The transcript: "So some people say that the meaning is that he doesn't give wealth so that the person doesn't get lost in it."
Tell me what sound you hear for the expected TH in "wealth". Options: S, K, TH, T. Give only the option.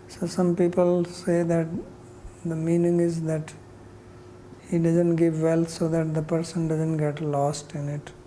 T